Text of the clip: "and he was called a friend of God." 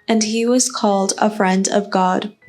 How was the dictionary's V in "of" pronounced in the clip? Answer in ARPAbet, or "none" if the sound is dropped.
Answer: V